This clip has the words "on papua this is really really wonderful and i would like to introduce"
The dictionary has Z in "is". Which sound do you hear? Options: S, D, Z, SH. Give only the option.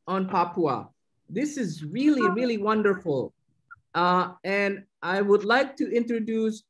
Z